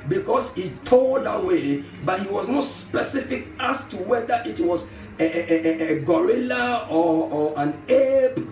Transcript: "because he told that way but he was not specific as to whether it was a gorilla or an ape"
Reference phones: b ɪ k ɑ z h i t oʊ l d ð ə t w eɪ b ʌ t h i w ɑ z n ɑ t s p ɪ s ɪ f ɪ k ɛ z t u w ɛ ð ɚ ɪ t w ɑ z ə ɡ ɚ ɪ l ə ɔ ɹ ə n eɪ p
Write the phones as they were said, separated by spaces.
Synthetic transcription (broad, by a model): b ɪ k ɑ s h i t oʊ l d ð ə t w eɪ b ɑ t h i w ɑ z n ɑ t s p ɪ s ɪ f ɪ k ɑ s t u w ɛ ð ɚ ɪ t w ɑ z ə ɡ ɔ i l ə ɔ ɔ ə n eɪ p